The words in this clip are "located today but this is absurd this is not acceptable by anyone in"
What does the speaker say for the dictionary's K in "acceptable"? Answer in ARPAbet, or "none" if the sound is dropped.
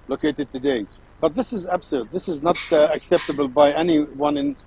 K